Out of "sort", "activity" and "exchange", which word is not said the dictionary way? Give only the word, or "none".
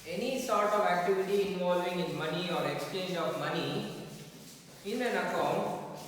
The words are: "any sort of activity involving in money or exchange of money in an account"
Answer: none